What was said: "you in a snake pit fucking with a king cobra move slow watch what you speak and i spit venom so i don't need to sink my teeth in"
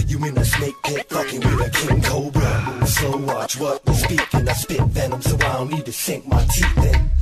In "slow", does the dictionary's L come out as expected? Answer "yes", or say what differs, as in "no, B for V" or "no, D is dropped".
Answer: no, L is dropped